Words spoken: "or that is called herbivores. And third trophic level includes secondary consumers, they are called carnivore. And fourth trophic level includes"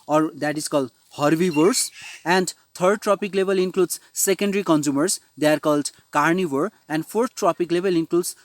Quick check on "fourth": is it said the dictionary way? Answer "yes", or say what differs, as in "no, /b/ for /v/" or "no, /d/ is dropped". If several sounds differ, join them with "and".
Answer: no, /t/ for /θ/